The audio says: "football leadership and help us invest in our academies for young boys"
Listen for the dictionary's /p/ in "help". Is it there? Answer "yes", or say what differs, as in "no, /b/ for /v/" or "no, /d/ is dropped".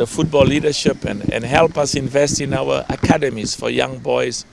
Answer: yes